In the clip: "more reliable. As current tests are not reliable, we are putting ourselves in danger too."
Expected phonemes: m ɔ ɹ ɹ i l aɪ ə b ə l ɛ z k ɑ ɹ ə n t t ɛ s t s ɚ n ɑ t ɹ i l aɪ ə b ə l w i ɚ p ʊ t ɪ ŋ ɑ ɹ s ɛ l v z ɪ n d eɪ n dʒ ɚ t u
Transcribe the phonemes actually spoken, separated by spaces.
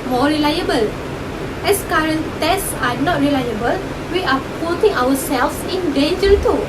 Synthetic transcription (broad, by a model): m ɔ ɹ ɹ i l aɪ ə b ə l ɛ s k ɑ ɹ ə n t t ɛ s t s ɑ n ɑ t ɹ i l aɪ ə b ə l w i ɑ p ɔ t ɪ ŋ ɑ w s ɛ l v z ɪ n d eɪ n dʒ ɚ t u